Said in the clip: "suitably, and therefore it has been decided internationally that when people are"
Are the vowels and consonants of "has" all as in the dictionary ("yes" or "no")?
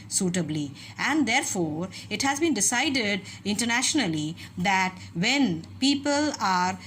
yes